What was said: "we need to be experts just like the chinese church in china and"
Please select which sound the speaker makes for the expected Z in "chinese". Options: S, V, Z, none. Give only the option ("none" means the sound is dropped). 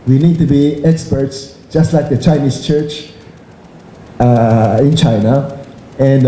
S